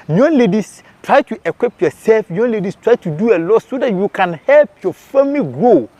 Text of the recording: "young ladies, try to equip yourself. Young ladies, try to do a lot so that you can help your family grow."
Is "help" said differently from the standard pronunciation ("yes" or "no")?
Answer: no